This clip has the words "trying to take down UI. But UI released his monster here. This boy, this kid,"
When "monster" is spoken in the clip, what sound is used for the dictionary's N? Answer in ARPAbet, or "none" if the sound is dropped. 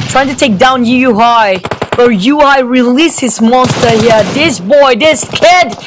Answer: N